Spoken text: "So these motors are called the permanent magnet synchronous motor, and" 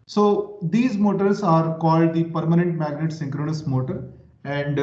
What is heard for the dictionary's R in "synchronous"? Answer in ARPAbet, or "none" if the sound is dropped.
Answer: R